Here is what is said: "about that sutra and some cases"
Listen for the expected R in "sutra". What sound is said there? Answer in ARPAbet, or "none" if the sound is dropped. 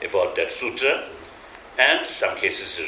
none